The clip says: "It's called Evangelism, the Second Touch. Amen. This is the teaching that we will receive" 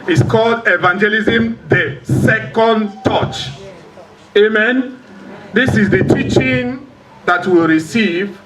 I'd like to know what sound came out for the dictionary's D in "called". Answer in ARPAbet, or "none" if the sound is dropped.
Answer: D